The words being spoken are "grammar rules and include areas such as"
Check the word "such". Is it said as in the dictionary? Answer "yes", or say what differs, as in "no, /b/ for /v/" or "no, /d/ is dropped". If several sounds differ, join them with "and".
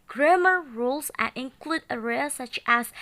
yes